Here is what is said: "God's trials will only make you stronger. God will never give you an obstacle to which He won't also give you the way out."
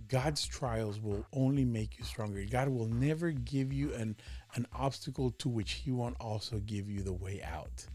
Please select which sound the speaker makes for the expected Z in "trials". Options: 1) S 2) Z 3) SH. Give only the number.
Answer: 2